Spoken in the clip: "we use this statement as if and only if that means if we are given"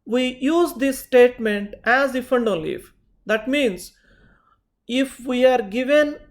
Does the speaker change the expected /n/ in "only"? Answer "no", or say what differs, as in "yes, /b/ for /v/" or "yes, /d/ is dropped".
yes, /n/ is dropped